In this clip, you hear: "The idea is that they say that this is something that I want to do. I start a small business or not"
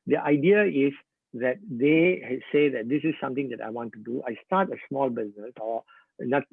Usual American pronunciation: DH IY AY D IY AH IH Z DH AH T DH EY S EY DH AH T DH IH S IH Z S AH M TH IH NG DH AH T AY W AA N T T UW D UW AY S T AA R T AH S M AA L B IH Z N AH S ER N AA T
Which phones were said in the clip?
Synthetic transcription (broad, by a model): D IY AY D IY AH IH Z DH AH T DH EY S EY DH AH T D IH S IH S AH M T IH NG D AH T AY W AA N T T UW D UW AY S T AA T AH S M AA L B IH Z N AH S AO N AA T